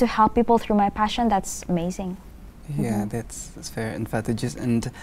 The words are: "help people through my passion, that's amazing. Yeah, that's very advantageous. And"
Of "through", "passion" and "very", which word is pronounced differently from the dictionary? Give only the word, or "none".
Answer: very